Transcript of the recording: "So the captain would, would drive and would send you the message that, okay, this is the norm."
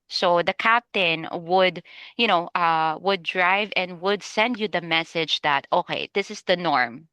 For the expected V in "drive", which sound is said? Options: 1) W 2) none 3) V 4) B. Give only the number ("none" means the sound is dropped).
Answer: 3